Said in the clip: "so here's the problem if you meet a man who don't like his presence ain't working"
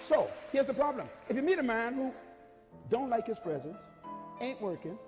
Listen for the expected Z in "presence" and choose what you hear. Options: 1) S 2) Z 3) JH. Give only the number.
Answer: 2